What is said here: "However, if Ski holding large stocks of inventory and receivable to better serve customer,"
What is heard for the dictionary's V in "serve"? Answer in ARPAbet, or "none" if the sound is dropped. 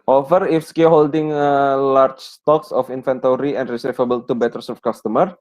F